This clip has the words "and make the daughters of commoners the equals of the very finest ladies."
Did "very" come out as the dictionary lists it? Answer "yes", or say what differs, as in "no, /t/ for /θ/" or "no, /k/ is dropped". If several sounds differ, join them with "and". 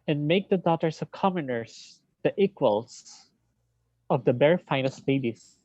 no, /b/ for /v/